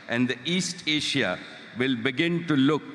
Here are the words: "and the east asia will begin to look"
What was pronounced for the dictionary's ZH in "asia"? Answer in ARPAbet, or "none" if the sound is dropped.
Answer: SH